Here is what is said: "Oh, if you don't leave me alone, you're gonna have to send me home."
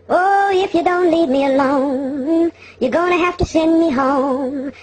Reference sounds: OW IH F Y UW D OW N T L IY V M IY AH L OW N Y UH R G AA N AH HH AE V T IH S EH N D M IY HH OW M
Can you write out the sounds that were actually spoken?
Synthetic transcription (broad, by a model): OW IH F Y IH D OW N T L IY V M IY AH L OW N Y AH R G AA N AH HH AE F T IH S EH N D M IY HH OW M